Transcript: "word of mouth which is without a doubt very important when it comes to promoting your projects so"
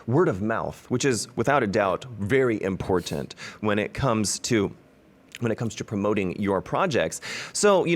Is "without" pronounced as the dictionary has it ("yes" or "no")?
yes